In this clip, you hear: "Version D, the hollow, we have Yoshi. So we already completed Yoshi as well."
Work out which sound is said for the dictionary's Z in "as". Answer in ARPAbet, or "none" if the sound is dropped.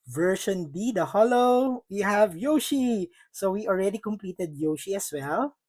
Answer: S